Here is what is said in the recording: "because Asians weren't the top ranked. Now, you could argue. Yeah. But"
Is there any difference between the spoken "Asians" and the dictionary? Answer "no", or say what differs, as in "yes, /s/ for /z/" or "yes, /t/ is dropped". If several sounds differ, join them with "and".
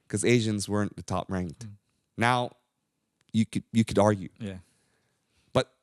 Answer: no